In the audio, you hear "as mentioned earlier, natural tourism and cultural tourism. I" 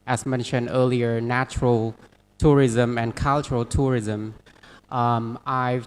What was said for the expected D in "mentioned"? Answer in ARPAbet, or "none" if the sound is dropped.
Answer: D